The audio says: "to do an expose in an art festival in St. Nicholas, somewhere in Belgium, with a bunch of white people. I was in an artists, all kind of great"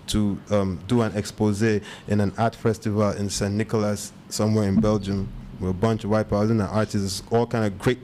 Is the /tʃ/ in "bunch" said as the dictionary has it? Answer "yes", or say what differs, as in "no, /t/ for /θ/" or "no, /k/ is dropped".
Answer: yes